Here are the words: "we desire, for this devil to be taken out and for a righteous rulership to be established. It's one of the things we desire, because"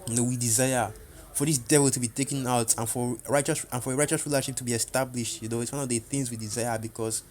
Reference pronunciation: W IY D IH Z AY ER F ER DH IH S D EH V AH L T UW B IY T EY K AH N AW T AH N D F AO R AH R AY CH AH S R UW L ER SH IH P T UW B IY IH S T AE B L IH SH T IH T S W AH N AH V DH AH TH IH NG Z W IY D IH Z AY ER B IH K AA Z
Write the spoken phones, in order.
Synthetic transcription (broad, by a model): W IY D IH Z AY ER F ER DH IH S D EH V AH L T UW B IY T EY K AH N AW T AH N F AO R AH R AY CH AH S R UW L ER SH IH P T UW B IY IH S T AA B L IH SH T IH T S W AH N AH V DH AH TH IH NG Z W IY D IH Z AY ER B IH K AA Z